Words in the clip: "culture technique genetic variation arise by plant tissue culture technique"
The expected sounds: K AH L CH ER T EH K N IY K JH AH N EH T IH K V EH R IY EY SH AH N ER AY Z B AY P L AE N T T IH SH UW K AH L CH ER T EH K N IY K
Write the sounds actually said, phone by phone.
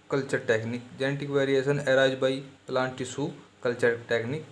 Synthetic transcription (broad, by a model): K AH L CH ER T EH K N IY K JH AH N T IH K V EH R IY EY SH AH N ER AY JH B AY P L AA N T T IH S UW K AH L CH ER T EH K N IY K